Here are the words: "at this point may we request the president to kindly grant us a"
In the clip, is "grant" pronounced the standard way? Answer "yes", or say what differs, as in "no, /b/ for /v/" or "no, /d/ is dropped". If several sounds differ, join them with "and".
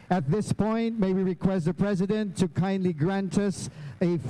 yes